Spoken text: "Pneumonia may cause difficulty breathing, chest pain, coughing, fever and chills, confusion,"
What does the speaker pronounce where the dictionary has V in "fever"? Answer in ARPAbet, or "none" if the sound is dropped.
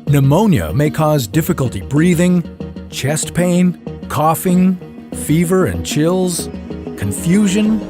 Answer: V